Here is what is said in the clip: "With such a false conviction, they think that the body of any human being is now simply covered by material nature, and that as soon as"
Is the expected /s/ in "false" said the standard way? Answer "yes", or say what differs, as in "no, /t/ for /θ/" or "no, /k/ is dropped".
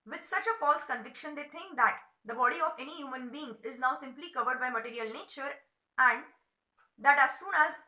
yes